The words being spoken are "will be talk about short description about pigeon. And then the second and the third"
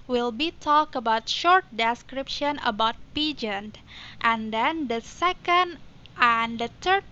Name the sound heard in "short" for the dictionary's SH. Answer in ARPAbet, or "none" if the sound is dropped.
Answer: SH